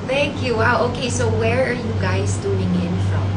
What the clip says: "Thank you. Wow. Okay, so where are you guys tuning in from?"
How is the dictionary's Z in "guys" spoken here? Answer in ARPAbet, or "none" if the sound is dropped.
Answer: S